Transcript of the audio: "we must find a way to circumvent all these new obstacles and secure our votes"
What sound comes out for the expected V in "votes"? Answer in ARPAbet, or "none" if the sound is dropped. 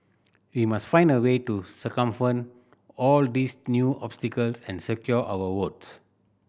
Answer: W